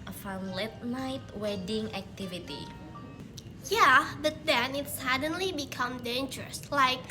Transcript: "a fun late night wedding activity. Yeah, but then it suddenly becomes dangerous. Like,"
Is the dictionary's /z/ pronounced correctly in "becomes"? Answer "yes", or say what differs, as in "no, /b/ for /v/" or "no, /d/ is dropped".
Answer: no, /z/ is dropped